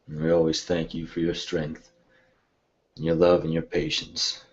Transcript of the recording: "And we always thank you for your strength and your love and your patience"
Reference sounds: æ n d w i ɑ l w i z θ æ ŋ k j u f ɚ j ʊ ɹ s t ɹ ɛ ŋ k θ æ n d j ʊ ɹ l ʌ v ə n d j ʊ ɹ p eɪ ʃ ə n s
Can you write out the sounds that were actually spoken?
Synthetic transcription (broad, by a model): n w i ɑ l w i z θ æ ŋ k j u f ɚ j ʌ ɹ s t ɹ ɛ ŋ k θ n j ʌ ɹ l ʌ v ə n j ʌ ɹ p eɪ ʃ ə n s